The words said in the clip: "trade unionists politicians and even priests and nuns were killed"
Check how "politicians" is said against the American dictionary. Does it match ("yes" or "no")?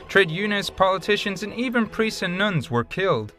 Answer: yes